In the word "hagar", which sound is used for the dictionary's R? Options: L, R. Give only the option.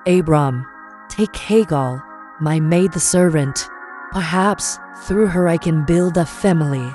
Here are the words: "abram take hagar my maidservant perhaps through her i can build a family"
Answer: L